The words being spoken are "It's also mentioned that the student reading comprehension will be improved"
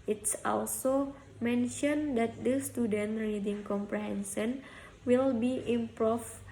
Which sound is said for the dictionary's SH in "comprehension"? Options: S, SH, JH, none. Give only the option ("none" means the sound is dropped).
S